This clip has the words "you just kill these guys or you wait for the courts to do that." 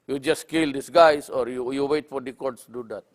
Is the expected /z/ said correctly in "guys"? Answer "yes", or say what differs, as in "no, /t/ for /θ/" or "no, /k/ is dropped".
no, /s/ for /z/